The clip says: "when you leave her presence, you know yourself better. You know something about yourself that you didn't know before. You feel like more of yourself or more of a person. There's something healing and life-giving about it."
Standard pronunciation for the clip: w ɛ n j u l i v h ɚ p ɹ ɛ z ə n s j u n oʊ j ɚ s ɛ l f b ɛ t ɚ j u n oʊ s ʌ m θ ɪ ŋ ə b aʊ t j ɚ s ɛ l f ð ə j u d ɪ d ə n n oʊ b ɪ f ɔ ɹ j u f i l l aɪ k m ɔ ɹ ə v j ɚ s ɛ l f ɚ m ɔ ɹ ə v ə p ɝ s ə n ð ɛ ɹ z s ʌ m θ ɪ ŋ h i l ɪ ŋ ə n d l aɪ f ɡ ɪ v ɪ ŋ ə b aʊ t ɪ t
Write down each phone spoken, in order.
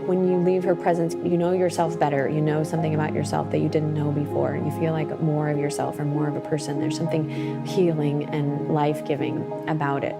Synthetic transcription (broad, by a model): w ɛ n j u l i v h ɚ p ɹ ɛ z ə n s j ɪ n oʊ j ɚ s ɛ l f b ɛ t ɚ j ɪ n oʊ s ʌ m θ ɪ ŋ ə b aʊ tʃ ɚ s ɛ l f ð ə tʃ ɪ d ɪ d n n oʊ b ɪ f ɔ ɹ j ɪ f i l l aɪ k m ɔ ɹ ə v j ɚ s ɛ l f ɚ m ɔ ɹ ə v ə p ɝ s ə n ð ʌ ɹ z s ʌ m θ ɪ ŋ h i l ɪ ŋ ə n l aɪ f ɡ ɪ v ɪ ŋ ə b aʊ t ɪ t